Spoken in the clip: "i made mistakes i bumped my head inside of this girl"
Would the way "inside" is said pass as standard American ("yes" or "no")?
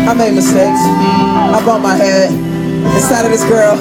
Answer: no